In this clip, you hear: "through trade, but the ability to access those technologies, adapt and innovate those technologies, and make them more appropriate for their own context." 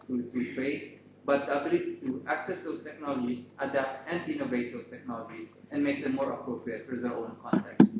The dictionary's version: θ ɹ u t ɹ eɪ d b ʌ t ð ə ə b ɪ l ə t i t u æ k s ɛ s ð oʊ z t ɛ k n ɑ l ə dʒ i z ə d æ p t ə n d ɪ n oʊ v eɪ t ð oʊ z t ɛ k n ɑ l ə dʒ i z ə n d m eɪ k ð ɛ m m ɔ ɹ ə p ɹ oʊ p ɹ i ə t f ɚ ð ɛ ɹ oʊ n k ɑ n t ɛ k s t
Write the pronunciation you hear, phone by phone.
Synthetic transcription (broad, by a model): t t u t ɹ eɪ d b ʌ t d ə ə b ɪ l ə t i t u æ k s ɛ s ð oʊ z t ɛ k n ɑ l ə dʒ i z ə d æ p t ə n d ɪ n oʊ v eɪ t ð oʊ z t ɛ k n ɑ l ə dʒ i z ə n d m eɪ k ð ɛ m m ɔ ɹ ə p ɹ oʊ p ɹ i ə t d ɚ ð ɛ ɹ oʊ n k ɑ n t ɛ k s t